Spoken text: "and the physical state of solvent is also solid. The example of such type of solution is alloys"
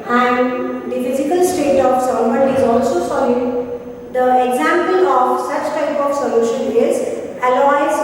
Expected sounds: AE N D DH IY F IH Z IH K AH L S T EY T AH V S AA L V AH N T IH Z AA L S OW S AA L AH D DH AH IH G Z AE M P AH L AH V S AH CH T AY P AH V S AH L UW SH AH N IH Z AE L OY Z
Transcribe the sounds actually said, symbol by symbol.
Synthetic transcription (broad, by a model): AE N D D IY F IH Z IH K AH L S T EY T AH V S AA V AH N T IH Z AA L S OW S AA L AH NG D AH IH G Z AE M P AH L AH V S AH CH T AY P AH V S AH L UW SH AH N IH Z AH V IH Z